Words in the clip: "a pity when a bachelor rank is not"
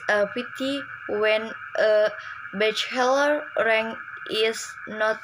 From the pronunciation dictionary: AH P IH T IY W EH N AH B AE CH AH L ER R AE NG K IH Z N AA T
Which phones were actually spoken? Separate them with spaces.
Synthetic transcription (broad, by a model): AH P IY T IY W EH N AH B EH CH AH L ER R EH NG IH S N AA T